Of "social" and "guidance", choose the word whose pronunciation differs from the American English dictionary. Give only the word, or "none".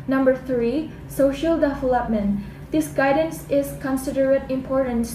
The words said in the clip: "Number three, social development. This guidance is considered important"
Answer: none